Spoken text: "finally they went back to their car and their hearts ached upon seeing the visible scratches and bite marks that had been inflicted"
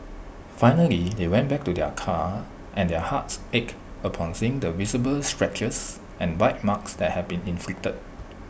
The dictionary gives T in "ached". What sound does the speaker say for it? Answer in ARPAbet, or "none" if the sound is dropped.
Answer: none